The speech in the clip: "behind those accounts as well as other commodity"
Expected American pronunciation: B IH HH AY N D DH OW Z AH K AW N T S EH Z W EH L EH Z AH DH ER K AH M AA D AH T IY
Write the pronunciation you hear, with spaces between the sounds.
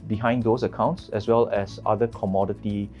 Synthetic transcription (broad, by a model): B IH HH AY N D OW S AH K AW N T S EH S W EH L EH S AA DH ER K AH M AA D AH T IY